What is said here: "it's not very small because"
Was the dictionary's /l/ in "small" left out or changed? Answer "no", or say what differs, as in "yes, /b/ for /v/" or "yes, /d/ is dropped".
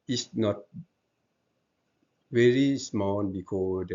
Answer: yes, /n/ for /l/